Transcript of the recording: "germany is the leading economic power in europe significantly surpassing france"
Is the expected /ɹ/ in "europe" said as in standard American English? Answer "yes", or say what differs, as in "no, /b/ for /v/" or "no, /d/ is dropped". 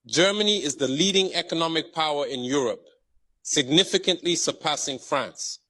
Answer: yes